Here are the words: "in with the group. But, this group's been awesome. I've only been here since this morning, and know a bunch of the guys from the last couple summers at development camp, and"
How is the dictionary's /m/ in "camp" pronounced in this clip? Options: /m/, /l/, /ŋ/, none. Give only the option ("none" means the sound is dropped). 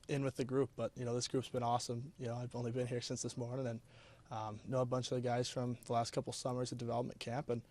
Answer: /m/